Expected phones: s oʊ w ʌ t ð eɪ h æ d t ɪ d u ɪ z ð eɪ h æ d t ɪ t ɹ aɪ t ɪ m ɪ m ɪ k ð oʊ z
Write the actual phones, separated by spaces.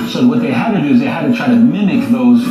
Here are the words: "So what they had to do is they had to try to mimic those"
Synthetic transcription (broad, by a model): s oʊ w ʌ t ð eɪ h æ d t ɪ d u ɪ z ð eɪ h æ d t ɪ t ɹ aɪ t ɪ m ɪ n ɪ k ð oʊ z